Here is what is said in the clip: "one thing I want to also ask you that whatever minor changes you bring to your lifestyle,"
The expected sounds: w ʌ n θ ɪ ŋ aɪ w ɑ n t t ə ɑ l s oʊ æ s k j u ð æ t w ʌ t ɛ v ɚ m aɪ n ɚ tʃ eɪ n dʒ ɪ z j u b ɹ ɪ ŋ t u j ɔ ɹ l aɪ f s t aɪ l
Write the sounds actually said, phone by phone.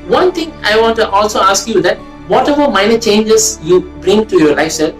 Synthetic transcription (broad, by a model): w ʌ n t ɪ ŋ aɪ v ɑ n t t ɑ l s oʊ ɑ s k j u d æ t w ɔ t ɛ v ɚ m aɪ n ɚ tʃ eɪ n dʒ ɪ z j u b ɹ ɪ ŋ t u j ɔ ɹ l aɪ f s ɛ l